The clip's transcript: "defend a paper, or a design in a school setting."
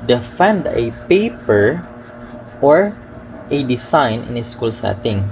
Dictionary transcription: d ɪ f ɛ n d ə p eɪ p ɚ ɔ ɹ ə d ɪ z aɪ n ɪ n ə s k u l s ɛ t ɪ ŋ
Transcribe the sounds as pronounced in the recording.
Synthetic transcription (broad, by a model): d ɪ f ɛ n d ə p eɪ p ɚ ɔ ɹ ə d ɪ s aɪ n ɪ n ə s k u l s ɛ t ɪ ŋ